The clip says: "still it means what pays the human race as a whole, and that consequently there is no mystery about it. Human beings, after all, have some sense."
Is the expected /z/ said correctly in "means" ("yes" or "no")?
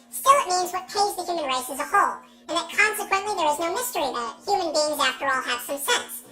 yes